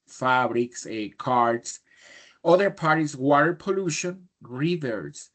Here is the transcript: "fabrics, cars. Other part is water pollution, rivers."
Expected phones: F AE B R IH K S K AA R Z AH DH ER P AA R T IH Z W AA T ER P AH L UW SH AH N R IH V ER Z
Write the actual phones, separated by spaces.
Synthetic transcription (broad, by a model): F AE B R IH K S K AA R S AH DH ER P AA R T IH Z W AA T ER P AH L UW SH AH N R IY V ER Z